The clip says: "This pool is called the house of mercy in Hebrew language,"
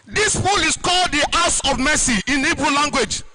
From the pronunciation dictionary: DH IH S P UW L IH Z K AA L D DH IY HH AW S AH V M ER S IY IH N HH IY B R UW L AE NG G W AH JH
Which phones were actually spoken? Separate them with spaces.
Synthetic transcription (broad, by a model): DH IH S F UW L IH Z K AA L D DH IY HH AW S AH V M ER S IY IH N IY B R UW L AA NG G W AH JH